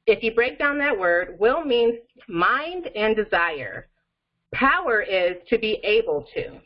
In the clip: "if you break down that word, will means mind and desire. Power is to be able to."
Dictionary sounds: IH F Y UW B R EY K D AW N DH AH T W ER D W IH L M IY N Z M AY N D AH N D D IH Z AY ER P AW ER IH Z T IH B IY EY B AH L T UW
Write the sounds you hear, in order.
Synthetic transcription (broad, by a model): IH F Y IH B R EY K D AW N DH AH T W ER D W IH L M IY N M AY N D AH N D D IH Z AY ER P AW ER IH Z T IH B IY EY B L T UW